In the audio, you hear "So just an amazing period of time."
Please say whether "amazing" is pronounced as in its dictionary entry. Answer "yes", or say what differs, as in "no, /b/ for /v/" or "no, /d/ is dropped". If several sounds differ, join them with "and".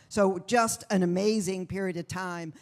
yes